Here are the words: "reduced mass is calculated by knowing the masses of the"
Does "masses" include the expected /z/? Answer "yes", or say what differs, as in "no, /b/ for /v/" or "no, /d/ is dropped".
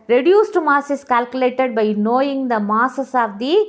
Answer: no, /s/ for /z/